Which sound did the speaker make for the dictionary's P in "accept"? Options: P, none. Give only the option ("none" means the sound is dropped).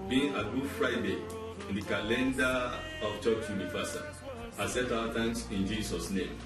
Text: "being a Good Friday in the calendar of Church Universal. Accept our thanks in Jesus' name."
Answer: none